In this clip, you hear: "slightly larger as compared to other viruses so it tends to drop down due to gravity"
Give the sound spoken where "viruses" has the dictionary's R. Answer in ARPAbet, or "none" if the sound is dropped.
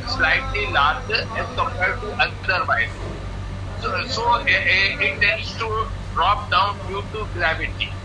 none